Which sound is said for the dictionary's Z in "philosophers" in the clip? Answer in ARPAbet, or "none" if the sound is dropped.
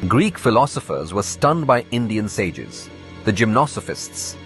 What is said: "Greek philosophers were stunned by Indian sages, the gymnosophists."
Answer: Z